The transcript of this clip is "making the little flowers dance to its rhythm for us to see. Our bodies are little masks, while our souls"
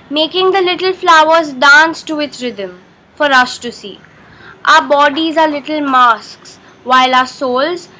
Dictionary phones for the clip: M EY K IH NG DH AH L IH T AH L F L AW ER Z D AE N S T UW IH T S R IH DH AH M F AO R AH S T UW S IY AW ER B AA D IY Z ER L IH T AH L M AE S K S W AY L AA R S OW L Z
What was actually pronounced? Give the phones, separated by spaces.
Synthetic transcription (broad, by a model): M EY K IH NG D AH L IH T AH L F L AW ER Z D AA N S T UW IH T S R IH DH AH M F AO R AH S T UW S IY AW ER B AA D IY Z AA L IH T AH L M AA S K S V AY L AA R S OW L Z